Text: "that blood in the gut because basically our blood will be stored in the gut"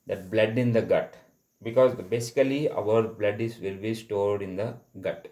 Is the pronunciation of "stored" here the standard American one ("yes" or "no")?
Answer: yes